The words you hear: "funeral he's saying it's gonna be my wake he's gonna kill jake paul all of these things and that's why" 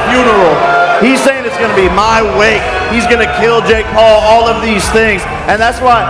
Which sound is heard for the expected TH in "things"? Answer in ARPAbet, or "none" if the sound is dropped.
TH